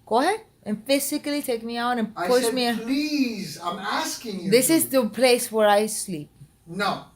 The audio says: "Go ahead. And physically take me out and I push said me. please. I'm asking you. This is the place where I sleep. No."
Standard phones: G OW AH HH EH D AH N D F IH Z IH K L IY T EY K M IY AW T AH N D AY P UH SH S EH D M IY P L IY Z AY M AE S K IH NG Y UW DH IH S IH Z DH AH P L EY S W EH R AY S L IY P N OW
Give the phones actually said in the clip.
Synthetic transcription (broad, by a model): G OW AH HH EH AH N F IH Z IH K L IY T EY K M IY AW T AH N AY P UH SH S M IY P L IY Z AY M AE S K IH NG Y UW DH IH S IH Z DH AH P L EY S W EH R AY S L IY P N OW